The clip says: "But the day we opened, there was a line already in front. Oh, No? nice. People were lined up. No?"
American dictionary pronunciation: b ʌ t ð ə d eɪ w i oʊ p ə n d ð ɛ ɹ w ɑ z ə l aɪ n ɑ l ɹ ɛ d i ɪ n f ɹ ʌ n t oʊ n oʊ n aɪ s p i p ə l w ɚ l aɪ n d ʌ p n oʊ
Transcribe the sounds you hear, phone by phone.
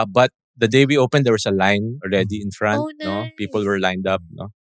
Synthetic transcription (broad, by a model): b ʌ t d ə d eɪ w i oʊ p ə n d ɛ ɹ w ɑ s ə l aɪ n ɑ l ɹ ɛ d i ɪ n f ɹ ʌ n t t n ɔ p i p ə l w ɚ l aɪ n d ʌ p n oʊ